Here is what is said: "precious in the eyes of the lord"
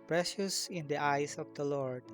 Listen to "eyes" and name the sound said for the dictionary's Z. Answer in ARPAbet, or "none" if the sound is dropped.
S